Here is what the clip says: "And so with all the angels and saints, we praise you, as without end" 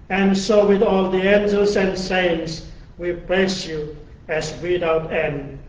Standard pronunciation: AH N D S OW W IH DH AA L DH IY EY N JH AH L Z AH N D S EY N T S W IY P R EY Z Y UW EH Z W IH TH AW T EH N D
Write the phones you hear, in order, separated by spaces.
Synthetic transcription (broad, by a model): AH N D S OW W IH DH AA L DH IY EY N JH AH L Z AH N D S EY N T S W IY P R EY S Y UW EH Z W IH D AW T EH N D